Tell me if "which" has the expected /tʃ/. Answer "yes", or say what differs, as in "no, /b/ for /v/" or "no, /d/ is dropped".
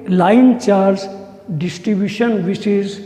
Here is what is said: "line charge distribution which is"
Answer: no, /s/ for /tʃ/